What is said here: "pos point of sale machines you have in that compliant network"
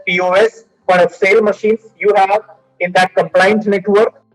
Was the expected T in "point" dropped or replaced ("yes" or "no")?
yes